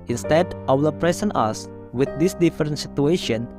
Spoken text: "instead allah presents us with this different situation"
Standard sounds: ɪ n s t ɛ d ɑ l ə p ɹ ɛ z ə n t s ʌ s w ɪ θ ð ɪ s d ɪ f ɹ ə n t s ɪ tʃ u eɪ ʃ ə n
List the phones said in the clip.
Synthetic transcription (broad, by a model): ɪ n s t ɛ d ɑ w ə p ɹ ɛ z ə n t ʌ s w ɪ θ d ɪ s d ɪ f ɹ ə n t s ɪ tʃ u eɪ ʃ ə n